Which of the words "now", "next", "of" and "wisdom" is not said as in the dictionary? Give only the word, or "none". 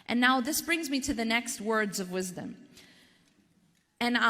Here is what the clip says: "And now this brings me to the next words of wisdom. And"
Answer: none